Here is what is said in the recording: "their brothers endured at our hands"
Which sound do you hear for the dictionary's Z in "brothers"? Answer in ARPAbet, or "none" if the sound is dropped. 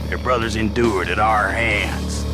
Z